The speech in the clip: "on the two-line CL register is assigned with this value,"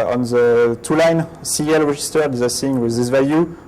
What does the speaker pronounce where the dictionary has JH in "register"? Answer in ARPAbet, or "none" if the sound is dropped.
ZH